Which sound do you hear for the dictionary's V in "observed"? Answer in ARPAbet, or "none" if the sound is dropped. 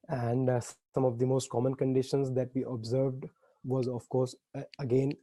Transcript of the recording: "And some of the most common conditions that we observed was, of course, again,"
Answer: V